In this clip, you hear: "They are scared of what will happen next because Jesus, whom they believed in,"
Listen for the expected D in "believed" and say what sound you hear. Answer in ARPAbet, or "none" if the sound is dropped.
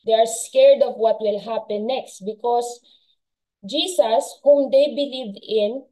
none